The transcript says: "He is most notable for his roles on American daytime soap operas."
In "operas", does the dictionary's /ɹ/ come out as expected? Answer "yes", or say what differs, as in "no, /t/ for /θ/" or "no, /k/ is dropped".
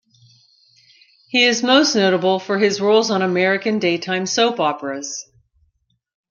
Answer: yes